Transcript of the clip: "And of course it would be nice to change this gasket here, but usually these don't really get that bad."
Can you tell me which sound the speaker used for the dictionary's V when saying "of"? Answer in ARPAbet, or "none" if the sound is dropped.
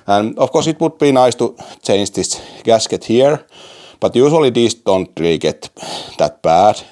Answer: F